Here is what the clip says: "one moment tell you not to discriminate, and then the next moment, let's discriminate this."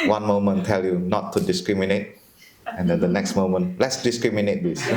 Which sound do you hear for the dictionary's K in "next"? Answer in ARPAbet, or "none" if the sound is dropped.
K